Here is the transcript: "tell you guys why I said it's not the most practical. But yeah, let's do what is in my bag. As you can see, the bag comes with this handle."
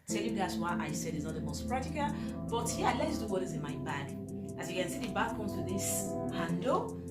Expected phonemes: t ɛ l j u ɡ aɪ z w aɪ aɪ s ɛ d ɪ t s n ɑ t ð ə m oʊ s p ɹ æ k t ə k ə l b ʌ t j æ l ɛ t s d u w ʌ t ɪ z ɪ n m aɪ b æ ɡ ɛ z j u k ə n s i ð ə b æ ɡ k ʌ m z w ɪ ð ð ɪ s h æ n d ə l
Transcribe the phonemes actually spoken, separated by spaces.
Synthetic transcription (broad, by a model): t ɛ l j u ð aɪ s w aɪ aɪ s ɛ d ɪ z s n ɑ t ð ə m oʊ s p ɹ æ k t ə k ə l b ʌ t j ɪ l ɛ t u d u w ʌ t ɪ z ɪ n m aɪ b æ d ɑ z j u k ə n s i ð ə b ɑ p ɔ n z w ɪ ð ð ɪ s h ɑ n d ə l